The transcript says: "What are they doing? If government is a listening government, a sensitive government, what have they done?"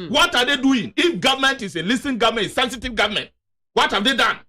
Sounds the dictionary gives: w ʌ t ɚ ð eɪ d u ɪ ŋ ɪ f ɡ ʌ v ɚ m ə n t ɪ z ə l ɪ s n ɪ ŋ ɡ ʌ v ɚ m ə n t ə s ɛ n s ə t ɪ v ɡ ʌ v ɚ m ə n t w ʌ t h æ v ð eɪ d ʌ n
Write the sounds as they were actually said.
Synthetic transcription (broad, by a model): w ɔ t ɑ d eɪ d u ɪ ŋ ɪ f ɡ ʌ v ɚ m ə n t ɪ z ə l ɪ s ɪ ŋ ɡ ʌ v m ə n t ə s ɛ n s ə t ɪ v ɡ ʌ v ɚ m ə n t w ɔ t h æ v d eɪ d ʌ n